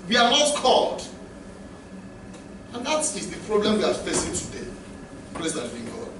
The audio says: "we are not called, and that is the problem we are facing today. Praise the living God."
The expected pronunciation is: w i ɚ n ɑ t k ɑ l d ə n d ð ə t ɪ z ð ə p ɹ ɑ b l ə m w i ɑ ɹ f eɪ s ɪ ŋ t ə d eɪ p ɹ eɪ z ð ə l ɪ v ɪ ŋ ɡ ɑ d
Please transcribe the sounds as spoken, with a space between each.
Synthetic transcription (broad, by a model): w i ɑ n ɑ t k ɑ l d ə n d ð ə t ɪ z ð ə p ɹ ɑ b l ə m w i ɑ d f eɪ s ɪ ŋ t ə d eɪ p l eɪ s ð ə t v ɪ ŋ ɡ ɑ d